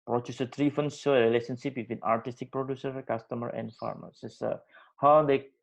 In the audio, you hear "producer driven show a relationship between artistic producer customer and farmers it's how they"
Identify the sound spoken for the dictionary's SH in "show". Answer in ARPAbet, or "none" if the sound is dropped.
S